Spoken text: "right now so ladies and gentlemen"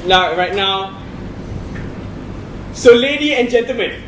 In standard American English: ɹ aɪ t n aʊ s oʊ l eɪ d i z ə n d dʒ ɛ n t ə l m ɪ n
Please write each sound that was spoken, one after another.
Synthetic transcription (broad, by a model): ɹ aɪ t n aʊ s oʊ l eɪ d i ə n dʒ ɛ n t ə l m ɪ n